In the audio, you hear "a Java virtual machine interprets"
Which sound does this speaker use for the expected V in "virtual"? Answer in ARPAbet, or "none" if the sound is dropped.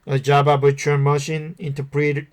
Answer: B